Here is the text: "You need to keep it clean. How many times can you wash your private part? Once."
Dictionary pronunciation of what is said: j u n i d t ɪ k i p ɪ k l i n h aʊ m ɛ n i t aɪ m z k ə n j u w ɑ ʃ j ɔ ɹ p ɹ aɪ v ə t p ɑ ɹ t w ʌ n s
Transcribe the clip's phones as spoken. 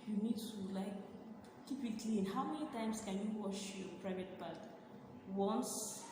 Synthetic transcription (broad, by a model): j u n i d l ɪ k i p ɪ k l i n h aʊ m ɛ n i t aɪ m s k ə n j u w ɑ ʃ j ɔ p ɹ aɪ v ə t b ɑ l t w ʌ n s